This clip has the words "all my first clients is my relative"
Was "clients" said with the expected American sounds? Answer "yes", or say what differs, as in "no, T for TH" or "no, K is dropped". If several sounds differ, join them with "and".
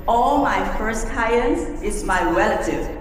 no, L is dropped